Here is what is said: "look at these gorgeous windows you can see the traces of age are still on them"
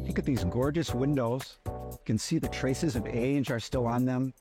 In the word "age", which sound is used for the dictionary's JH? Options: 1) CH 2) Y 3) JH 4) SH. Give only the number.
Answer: 3